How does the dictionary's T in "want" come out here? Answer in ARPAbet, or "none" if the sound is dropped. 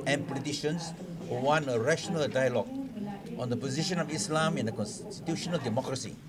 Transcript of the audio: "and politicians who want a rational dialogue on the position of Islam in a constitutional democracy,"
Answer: none